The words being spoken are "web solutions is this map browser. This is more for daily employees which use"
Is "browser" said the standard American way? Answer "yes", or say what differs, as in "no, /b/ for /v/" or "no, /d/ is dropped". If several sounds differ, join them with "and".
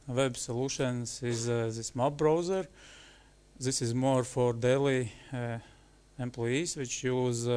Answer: yes